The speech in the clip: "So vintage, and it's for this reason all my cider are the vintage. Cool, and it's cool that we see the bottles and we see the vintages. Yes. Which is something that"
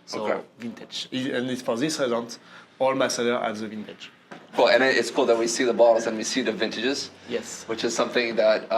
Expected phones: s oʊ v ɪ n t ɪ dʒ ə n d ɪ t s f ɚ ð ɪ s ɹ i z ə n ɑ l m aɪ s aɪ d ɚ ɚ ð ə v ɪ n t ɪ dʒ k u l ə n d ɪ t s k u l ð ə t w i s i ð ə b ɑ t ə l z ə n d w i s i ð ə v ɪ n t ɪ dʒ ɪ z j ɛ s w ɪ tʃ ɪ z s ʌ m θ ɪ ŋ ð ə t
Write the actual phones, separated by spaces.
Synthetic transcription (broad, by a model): s oʊ v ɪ n t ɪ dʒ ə n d ɪ t s f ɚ ð ɪ s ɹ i z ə n ɑ l m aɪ s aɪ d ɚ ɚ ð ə v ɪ n t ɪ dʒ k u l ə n ɪ t s k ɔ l ð ə t w i s i ð ə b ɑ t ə z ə n w i s i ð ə v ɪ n t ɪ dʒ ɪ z j ɛ s w ɪ tʃ ɪ z s ʌ m θ ɪ ŋ ð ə t